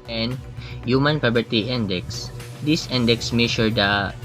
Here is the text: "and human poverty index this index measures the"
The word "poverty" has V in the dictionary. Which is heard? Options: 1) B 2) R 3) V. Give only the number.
1